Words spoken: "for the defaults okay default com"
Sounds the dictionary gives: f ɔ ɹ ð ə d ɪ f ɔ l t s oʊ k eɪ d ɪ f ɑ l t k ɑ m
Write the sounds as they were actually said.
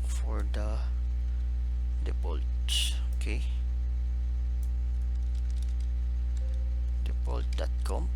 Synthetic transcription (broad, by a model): f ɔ ɹ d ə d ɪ p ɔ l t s oʊ k eɪ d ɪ p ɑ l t k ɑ m